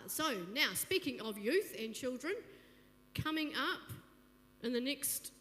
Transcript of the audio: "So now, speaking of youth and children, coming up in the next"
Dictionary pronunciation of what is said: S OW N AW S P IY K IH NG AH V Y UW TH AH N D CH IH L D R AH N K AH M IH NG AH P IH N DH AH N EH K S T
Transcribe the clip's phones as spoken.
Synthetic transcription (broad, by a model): S OW N AW S P IY K IH NG AH V Y UW TH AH N CH IH L D R AH N K AH M IH NG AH P IH N DH AH N EH K S T